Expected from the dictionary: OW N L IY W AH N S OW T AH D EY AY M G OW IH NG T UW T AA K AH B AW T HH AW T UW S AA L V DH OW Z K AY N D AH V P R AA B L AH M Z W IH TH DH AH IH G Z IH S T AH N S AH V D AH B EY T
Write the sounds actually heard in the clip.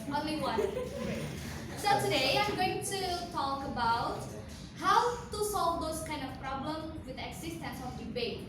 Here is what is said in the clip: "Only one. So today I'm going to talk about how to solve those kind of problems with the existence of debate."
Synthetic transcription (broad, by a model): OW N L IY W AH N S OW T AH D EY AY M G OW IH NG T UW T AA K AH B AW T HH AW T UW S AA L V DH OW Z K AY N D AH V P R AA B L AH M W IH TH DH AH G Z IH S T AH N S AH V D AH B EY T